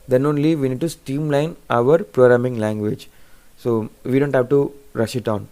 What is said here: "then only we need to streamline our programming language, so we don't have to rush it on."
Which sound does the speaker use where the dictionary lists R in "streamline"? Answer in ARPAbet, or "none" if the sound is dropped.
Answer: none